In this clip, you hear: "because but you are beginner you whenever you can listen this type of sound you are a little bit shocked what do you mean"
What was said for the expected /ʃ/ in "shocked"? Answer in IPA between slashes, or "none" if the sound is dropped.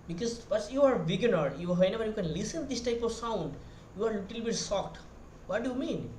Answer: /s/